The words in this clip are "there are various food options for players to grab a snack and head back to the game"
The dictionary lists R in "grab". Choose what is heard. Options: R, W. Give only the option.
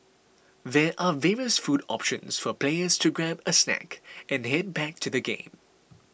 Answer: R